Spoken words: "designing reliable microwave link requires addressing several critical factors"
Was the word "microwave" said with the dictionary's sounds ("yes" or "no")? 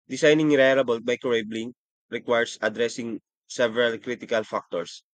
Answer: no